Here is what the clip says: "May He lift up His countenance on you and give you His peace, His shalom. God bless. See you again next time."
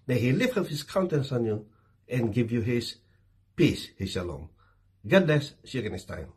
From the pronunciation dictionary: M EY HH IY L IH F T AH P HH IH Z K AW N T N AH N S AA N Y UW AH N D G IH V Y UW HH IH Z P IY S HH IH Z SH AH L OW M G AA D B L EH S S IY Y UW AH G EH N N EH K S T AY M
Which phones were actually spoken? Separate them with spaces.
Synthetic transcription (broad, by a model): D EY HH IY L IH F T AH F HH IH S K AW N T AH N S AA N Y UW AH N G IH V Y UW HH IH S P IY S HH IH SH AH L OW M G AA D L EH S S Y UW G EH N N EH S T AY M